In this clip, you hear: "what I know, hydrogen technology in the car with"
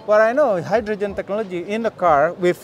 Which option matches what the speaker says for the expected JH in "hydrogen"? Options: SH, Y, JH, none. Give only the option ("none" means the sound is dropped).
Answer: JH